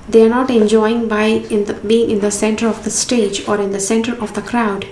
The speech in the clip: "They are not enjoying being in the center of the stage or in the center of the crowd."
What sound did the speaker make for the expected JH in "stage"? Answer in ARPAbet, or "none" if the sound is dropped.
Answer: JH